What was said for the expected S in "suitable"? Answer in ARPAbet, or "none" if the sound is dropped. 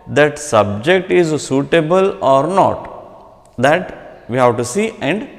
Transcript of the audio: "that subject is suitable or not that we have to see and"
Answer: S